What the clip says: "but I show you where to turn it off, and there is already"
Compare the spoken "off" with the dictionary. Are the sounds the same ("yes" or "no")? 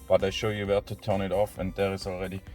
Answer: yes